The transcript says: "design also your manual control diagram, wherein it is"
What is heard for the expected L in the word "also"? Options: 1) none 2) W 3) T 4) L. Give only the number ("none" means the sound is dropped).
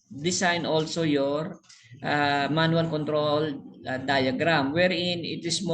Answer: 4